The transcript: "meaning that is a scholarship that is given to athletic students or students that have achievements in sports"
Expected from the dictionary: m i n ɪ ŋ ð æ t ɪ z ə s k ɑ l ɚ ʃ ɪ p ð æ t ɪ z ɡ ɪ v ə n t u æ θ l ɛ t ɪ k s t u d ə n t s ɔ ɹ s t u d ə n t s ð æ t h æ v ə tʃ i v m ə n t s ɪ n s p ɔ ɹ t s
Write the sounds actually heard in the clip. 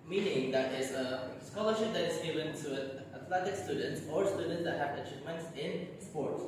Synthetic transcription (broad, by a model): m i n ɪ ŋ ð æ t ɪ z ə s k ɑ l ɚ ʃ ɪ p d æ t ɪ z ɡ ɪ v ə n t u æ t l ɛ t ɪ k s t u d ə n t s ɔ ɹ s t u d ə n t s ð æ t h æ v ə tʃ i v m ə n t s ɪ n s p ɔ ɹ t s